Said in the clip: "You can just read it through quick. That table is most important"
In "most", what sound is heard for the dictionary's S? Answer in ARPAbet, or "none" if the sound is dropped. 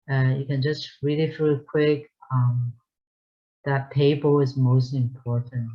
S